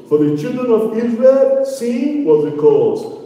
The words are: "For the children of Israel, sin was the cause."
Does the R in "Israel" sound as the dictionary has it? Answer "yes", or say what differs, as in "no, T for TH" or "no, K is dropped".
yes